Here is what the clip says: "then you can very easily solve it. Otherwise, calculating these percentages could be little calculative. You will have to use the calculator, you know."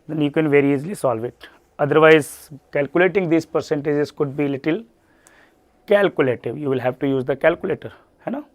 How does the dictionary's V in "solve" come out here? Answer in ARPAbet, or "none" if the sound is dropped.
V